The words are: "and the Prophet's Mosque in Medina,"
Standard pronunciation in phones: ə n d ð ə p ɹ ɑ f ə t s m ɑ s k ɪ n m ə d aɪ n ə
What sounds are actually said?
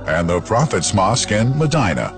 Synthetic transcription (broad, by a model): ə n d ð ə p ɹ ɑ f ə t s m ɑ s k ɪ n m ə d aɪ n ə